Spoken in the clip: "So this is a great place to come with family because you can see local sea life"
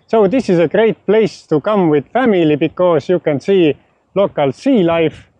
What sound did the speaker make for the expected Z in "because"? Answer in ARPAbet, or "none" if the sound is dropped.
S